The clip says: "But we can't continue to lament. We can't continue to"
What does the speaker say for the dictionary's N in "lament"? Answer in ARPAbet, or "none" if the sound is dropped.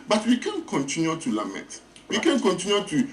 none